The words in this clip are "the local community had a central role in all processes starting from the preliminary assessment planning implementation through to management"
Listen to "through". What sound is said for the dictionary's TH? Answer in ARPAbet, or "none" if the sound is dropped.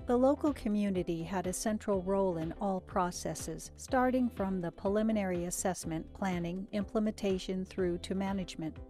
TH